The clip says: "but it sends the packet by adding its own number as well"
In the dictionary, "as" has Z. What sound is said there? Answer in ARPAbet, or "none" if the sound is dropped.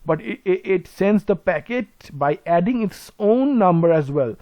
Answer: Z